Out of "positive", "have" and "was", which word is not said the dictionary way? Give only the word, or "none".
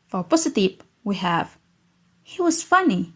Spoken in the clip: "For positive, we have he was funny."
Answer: positive